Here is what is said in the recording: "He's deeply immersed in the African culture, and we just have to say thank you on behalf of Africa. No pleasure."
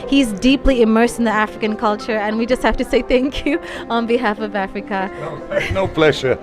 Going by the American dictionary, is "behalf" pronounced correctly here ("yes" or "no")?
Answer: yes